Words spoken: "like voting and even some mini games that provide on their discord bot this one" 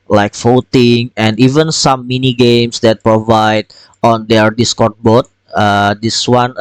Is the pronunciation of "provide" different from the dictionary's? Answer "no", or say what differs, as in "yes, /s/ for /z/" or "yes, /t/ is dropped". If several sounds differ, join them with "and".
no